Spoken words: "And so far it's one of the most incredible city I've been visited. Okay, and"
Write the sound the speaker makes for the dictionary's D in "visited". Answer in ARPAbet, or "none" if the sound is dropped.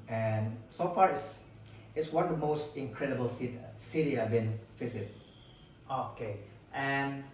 none